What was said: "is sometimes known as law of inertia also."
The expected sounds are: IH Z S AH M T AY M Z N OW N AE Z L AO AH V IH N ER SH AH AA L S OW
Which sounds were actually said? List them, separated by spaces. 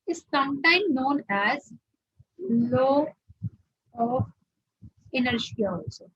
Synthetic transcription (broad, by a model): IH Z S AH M T AY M N OW N AE Z L AO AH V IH N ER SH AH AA L S OW